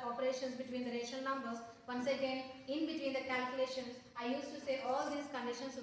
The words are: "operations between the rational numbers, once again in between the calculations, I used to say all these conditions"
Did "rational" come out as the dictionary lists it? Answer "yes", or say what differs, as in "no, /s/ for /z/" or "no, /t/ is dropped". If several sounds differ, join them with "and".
no, /n/ is dropped